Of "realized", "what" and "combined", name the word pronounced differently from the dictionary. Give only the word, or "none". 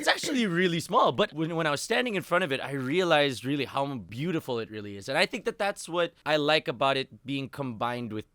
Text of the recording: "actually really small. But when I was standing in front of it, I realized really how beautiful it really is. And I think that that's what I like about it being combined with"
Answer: none